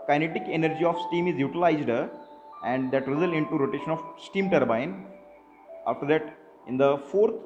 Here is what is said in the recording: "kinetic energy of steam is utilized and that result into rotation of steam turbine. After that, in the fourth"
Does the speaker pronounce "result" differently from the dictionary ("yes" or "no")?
yes